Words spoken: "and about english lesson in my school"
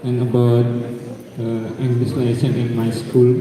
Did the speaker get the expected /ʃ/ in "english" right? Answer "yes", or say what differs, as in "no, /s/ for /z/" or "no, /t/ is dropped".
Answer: no, /s/ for /ʃ/